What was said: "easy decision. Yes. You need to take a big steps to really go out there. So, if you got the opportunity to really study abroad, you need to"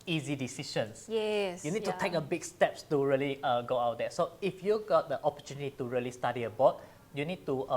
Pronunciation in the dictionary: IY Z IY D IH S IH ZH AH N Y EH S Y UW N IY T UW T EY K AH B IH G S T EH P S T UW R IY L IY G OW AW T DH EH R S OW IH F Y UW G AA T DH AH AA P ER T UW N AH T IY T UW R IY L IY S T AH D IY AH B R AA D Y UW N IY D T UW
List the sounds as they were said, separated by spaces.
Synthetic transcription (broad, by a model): IY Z IY D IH S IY SH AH N Y EH S Y UW N IY T UW T EY K AH B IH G S T EH P S T UW R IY L IY G OW AW T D EH S OW IH F Y UW G AA T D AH AA P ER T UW N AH T IY T UW R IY L IY S T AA D IY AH B AA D Y UW N IY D T UW